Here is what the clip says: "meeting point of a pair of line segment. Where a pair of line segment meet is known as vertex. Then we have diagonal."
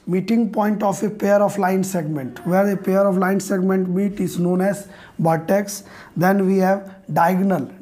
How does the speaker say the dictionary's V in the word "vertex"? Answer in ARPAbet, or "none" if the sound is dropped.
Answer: B